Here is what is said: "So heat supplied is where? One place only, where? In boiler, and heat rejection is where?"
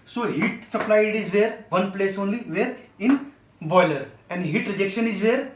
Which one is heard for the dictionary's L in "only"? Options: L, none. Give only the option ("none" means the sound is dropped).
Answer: L